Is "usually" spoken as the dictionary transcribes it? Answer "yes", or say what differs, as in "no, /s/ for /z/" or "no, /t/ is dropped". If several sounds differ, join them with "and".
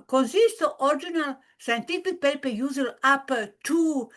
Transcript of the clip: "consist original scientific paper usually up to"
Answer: no, /z/ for /ʒ/